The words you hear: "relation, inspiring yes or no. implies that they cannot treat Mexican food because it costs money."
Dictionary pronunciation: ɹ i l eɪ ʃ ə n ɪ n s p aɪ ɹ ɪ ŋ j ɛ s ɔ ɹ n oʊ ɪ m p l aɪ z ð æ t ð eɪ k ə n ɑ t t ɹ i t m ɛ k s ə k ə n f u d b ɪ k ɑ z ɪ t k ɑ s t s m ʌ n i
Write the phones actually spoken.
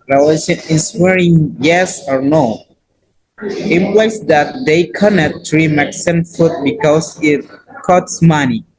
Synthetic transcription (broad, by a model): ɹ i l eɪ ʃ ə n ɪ s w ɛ ɹ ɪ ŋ j ɛ s ɔ ɹ n oʊ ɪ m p l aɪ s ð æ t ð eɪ k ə n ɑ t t ɹ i m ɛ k s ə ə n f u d b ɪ k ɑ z ɪ t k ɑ t s m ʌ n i